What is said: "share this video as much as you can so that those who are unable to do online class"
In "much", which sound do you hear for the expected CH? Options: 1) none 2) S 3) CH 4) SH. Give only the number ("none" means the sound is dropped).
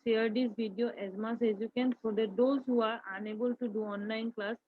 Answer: 2